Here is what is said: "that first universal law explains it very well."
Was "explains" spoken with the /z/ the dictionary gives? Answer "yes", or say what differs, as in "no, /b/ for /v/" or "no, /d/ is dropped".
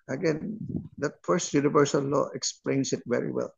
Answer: no, /s/ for /z/